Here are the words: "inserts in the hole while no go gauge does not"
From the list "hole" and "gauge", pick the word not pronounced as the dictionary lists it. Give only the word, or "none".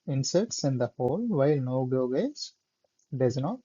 gauge